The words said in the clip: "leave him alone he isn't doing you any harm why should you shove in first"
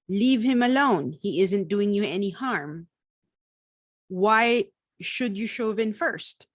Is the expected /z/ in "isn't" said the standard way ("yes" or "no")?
yes